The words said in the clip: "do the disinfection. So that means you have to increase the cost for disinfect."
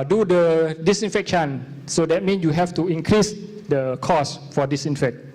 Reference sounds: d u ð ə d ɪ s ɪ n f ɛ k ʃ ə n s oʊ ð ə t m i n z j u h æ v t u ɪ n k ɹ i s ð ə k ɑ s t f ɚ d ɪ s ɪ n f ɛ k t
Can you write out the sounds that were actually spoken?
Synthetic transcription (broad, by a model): d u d ə d ɪ s ɪ n f ɛ k ʃ ə n s oʊ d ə t m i n s j u h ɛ f t u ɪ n k ɹ i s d ə k ɑ s f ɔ d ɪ s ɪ n f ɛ k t